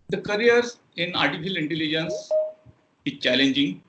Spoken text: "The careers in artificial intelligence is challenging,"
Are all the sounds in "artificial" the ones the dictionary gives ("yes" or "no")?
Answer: no